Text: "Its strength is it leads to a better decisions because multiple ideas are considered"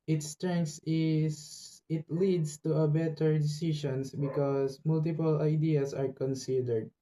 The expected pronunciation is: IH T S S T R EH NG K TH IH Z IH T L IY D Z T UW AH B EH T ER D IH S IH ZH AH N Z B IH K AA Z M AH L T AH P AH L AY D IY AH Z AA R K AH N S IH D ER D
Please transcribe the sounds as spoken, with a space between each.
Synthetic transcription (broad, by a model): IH T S S T R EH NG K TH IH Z IH T L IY D S T UW AH B EH T ER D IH S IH SH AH N S B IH K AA S M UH L T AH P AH L AY D IY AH S AA R K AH N S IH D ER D